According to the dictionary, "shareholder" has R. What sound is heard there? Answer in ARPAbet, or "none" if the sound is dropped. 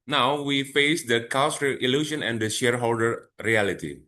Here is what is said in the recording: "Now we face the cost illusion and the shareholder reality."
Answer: R